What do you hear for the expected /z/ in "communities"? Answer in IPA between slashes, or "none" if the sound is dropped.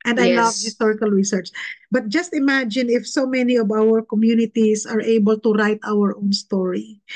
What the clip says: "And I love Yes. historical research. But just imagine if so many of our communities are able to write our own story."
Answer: /s/